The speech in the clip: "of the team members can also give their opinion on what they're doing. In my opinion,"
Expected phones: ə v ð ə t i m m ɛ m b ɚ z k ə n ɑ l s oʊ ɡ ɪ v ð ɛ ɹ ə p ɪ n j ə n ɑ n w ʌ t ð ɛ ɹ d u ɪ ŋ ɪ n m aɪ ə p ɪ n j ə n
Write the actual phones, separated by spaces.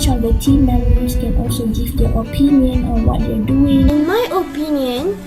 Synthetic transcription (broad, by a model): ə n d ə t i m m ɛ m ɚ s k ə n ɑ l s oʊ ɡ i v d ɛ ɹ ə p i n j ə n ɑ n w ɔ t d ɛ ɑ d u ɪ ŋ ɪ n m aɪ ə p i n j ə n